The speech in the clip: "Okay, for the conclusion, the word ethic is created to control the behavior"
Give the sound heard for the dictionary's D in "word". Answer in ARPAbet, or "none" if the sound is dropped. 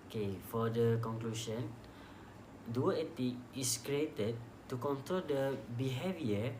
none